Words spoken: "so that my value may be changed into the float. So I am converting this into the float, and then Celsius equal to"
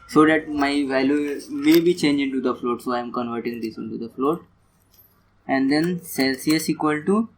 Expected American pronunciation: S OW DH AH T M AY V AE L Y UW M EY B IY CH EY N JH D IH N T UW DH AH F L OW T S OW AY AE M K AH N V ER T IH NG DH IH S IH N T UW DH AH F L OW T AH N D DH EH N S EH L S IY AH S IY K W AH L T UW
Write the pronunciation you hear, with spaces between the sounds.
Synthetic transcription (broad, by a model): S OW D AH T M AY V AE L Y UW M EY B IY CH EY N JH IH N T UW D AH F L OW T S OW AY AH M K AH N V ER T IH NG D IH S IH N T UW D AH F L OW T AH N D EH N S EH L S IY AH S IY K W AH L T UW